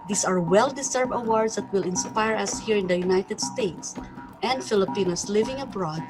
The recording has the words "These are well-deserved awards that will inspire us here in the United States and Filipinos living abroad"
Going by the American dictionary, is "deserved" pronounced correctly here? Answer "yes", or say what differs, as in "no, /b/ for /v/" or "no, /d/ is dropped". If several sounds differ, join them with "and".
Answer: no, /s/ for /z/